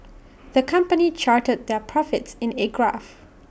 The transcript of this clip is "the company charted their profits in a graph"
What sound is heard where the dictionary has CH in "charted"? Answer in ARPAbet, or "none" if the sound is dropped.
CH